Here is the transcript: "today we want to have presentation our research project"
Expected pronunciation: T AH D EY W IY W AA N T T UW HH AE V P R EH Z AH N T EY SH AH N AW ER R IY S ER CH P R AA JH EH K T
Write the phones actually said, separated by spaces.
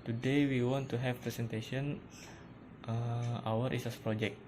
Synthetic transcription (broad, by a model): T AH D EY W IY W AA N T T UW HH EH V P R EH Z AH N T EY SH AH N AW ER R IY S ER S P R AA JH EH K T